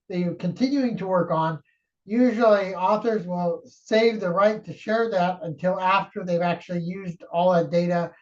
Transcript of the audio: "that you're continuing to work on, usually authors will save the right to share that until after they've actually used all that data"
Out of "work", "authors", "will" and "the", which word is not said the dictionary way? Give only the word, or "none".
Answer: none